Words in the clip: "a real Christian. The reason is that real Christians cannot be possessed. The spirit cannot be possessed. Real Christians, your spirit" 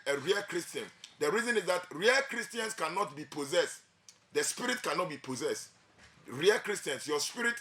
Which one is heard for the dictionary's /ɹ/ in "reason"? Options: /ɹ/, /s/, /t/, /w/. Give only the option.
/ɹ/